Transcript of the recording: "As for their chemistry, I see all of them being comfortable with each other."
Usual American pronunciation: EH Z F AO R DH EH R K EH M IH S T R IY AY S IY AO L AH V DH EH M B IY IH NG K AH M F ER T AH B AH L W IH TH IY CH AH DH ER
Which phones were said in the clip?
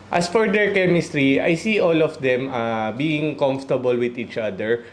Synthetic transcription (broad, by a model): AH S F AO R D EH R K EH M IH S T R IY AY S IY AO L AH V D EH M B IY IH NG K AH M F T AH B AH L W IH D IY CH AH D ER